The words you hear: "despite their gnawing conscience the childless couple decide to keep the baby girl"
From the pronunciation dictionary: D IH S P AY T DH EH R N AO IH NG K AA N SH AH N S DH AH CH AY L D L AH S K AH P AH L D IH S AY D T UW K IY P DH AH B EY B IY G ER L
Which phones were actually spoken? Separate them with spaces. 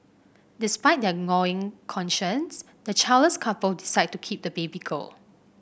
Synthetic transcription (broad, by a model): D IH S P AY T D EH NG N AO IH NG K AA N SH AH N S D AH CH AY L L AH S K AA P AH L D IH S AY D T UW K IY P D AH B EY B IY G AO L